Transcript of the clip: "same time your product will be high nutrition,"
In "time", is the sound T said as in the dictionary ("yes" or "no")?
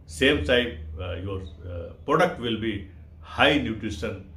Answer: no